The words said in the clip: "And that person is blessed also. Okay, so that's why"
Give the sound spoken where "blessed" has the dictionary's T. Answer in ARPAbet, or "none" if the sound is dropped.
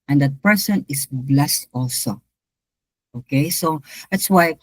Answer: T